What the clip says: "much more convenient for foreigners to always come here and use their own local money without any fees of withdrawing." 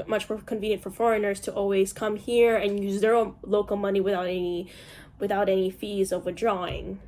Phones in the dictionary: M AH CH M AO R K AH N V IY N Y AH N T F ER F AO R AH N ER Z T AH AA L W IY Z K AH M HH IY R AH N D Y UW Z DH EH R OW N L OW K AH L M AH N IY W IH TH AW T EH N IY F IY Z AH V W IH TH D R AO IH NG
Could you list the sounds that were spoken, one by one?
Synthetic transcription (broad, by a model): M AH CH M AO R K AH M V IY N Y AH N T F ER F AO R AH N ER Z T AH AA L W IY Z K AH M HH IY R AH N Y UW Z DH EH R OW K L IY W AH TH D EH N IY W IH TH AW T EH N IY F IY Z AH V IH D R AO IH NG